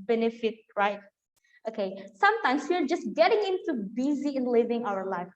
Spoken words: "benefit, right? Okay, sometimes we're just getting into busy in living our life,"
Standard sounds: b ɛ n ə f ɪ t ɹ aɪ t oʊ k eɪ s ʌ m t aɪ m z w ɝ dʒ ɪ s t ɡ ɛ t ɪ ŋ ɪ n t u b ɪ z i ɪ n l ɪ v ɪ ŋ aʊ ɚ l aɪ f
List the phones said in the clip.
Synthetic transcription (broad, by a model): b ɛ n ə f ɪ t ɹ aɪ t oʊ k eɪ s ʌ m t aɪ m s w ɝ dʒ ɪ s ɡ ɛ t ɪ ŋ ɪ n t u b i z i ɪ n l ɪ v ɪ ŋ aʊ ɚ l aɪ f